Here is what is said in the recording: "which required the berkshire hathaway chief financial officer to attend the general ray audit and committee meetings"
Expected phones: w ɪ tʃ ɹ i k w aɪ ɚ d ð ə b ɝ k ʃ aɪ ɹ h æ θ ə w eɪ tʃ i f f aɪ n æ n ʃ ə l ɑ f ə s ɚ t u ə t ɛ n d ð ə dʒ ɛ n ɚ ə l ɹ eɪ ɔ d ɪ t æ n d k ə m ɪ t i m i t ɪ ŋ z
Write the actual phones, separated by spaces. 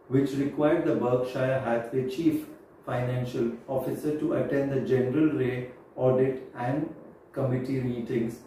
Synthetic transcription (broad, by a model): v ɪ tʃ ɹ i k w aɪ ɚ d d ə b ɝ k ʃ aɪ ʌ h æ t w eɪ tʃ i f f aɪ n æ n ʃ ə l ɑ f ə s ɚ t u ə t ɛ n d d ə dʒ ɛ n ɚ ə l ɹ eɪ ɔ d ɪ t æ n d k ə m ɪ t i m i t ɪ ŋ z